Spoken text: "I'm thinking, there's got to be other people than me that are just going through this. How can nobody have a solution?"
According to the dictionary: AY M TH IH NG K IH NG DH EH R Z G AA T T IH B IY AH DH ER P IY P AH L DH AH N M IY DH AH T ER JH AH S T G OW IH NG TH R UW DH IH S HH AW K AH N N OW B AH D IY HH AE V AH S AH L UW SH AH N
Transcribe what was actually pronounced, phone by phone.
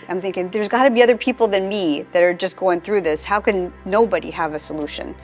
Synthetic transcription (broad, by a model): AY M TH IH NG K IH NG DH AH R Z G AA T T IH B IY AH DH ER P IY P L DH AH N M IY DH AH T ER JH AH S G OW IH NG TH R UW DH IH S HH AW K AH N N OW B AH D IY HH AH V AH S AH L UW SH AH N